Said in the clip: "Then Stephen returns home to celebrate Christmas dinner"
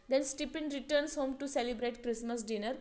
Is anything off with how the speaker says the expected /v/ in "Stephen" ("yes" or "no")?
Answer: yes